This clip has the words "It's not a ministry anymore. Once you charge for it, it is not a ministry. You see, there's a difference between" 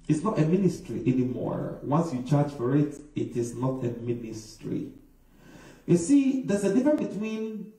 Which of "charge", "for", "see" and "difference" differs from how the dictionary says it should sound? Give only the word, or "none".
difference